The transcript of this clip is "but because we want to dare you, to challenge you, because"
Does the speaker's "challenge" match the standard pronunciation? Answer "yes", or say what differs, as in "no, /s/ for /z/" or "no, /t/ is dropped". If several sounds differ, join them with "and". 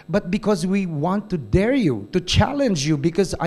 yes